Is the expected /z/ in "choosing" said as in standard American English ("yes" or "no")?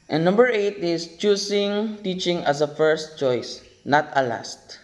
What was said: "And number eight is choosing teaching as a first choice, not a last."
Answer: no